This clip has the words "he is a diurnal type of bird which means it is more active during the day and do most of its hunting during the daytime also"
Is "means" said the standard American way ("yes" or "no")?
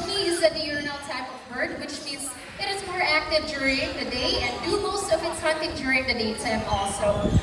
no